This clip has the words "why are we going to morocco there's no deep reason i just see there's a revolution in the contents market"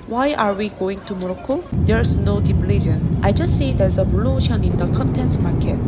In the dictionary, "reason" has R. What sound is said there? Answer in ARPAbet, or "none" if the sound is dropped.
L